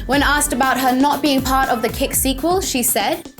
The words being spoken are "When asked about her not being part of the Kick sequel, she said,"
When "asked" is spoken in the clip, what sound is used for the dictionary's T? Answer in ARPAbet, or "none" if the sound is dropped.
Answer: T